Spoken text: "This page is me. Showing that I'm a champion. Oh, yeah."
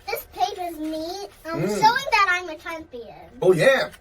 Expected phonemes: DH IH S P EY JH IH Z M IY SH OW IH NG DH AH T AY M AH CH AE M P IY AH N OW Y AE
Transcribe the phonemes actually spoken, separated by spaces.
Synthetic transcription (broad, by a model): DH IH S P EY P IH Z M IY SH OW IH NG DH AH T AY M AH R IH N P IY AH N OW Y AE